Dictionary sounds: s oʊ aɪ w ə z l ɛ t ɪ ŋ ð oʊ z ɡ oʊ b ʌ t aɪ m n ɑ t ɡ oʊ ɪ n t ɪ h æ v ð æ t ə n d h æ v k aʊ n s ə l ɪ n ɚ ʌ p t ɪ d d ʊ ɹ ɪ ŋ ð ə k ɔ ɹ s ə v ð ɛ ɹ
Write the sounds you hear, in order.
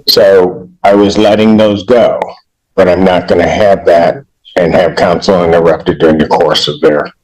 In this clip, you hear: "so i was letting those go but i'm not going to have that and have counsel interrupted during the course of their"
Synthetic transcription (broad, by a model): s oʊ aɪ w ə z l ɛ t ɪ ŋ ð oʊ z ɡ oʊ b ʌ t aɪ m n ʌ t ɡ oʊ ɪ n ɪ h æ v ð æ t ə n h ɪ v k aʊ n s l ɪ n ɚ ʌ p t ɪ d d ʊ ɹ ɪ ŋ ð ə k ɔ ɹ s ə v ð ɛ ɹ